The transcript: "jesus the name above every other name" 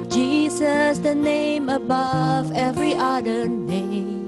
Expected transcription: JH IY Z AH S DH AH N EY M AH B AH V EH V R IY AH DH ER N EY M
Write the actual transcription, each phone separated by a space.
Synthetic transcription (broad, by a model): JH IY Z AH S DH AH N EY M AH B AH V EH V R IY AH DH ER N EY M